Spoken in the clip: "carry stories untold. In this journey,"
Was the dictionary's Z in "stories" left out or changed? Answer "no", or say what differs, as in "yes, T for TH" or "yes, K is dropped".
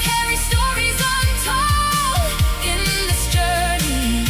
no